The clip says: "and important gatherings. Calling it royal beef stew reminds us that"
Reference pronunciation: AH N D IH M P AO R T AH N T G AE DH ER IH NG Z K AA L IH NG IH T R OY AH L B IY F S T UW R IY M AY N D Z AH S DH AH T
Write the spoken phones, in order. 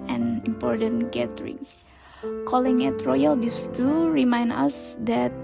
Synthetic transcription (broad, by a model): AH N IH M P AO R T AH N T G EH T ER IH NG S K AA L IH NG IH T R OY AH L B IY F S T UW R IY M AY N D AH S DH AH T